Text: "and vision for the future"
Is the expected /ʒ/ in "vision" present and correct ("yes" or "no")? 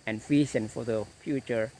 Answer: no